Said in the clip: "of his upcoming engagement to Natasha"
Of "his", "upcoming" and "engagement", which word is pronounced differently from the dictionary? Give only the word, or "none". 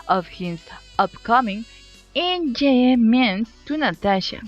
engagement